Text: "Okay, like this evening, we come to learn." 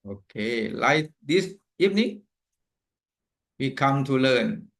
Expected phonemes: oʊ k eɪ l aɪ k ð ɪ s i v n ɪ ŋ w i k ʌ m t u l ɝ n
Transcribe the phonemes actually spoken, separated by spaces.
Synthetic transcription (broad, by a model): oʊ k eɪ l aɪ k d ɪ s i p n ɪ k w i k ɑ m t u l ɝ n